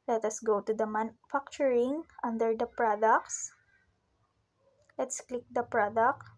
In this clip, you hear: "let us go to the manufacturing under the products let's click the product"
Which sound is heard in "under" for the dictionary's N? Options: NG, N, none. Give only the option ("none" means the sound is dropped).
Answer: N